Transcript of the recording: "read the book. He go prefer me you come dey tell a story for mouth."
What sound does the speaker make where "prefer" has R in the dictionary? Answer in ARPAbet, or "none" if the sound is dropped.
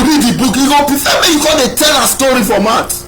none